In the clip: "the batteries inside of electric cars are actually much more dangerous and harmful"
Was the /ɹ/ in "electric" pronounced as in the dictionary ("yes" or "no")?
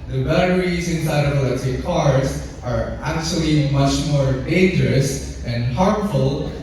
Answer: no